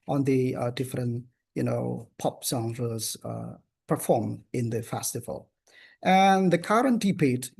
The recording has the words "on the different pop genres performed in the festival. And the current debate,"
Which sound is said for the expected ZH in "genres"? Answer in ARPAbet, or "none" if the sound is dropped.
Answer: S